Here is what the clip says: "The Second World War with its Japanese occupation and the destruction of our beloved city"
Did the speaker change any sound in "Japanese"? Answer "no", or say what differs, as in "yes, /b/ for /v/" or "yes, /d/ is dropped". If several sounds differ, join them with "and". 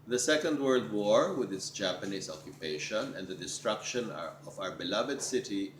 yes, /s/ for /z/